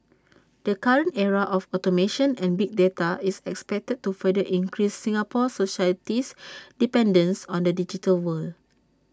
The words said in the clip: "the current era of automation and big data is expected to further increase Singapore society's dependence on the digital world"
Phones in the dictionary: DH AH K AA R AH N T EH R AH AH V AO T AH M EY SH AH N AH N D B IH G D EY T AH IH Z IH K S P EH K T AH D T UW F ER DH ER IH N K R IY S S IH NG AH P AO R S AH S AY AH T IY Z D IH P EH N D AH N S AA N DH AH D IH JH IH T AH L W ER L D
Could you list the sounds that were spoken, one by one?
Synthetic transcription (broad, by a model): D AH K AA R AH N T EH R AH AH F AO T AH M EY SH AH N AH N B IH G D EY T AH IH S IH K S P EH K T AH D T UW F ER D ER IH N K R IY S S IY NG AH P AO S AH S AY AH T IY S D IH P EH N D AH N S AA N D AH D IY JH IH T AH L W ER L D